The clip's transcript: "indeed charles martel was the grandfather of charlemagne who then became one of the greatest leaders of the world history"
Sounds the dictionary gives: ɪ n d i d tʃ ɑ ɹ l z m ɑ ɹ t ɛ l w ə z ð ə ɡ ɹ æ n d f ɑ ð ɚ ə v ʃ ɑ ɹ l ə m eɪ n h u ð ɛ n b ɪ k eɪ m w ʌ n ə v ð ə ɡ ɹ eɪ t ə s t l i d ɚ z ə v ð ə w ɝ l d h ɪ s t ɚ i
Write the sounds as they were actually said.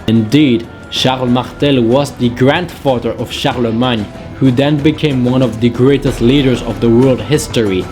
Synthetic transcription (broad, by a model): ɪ n d i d ʃ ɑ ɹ l m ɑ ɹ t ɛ l w ə z ð ə ɡ ɹ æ n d f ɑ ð ɚ ə v ʃ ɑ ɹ l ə m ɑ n h u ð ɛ n b ɪ k eɪ m w ʌ n ə v ð ə ɡ ɹ eɪ t ə s t l i d ɚ z ə v ð ə w ɝ l d h ɪ s t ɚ i